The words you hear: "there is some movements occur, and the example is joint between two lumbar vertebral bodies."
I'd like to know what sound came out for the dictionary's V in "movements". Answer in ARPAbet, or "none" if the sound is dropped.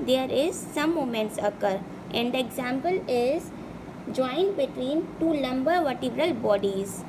none